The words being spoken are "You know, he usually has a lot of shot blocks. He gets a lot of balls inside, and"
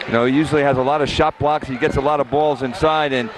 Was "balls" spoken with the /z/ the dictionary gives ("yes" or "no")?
yes